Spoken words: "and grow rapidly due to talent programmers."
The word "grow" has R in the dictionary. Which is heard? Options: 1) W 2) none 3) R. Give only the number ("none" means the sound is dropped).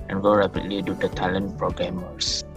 2